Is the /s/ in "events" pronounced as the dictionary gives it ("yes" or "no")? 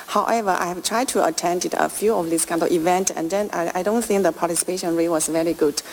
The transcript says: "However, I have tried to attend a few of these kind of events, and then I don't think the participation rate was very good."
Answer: no